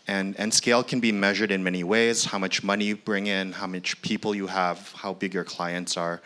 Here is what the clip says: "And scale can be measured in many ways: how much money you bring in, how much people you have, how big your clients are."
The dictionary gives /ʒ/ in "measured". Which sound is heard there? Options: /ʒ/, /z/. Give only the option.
/ʒ/